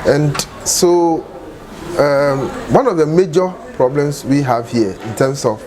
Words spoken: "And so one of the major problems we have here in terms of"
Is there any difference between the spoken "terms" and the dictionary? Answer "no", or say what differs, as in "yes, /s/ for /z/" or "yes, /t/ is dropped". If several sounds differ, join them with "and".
yes, /s/ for /z/